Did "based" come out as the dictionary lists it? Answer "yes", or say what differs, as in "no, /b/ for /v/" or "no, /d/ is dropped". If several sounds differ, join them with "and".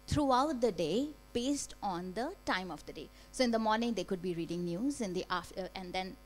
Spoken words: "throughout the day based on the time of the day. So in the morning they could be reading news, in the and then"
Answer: yes